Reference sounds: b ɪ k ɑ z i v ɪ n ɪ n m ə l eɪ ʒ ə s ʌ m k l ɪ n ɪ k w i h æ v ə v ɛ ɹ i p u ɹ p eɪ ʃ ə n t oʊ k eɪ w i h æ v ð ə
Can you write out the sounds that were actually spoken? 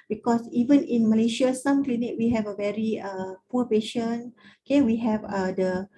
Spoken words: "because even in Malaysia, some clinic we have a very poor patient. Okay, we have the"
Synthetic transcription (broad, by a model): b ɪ k ɑ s i v ɪ n ɪ n m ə l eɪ ʃ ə s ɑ m k l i n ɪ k w i h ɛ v ə v ɛ ɹ i p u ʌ p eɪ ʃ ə n oʊ k eɪ w i h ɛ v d ə